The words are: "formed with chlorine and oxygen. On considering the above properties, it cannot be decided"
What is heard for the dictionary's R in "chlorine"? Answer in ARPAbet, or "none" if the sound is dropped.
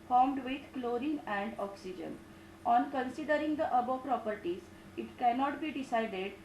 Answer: R